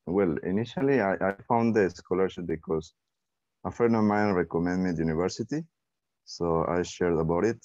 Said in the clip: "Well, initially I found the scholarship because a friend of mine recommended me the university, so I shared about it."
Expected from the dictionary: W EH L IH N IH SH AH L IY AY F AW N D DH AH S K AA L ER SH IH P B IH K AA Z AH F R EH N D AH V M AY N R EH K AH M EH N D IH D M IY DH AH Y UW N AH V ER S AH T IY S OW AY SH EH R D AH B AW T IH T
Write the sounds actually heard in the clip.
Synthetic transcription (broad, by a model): W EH L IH N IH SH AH L IY AY F AW N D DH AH S K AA L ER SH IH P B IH K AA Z AH F EH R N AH M AY N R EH K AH M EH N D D M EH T Y UW N AH V ER S AH T IY S OW AY SH EH R D AH B AW T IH T